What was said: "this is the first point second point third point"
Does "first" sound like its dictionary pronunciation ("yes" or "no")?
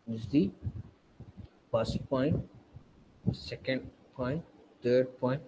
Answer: no